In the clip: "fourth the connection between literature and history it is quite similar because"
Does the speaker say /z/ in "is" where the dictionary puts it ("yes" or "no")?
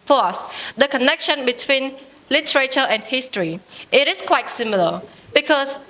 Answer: no